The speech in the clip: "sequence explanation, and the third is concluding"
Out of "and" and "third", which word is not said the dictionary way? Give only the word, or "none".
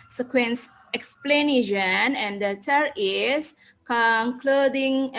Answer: third